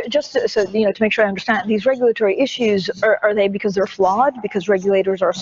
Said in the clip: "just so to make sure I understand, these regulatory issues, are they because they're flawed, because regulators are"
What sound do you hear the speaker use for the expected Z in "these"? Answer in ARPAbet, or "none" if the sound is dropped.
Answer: Z